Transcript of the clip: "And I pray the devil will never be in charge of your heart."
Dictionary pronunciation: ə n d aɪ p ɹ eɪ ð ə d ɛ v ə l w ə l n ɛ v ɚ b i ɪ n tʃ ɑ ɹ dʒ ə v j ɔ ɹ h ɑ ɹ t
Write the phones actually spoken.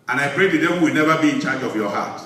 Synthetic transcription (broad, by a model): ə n aɪ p ɹ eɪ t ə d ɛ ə w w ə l n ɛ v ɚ b i ɪ n tʃ ɑ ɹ dʒ ə v j ɔ h ɑ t